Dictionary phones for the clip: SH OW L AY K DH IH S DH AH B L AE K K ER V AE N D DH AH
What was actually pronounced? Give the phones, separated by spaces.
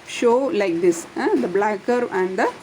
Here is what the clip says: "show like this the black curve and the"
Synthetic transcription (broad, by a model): SH OW L AY K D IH S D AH B L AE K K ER AE N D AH